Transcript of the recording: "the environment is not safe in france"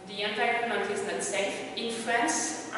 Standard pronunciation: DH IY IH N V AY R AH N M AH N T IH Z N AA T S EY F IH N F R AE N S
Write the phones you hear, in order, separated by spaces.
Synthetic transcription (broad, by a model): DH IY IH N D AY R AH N AH T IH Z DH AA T S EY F IH N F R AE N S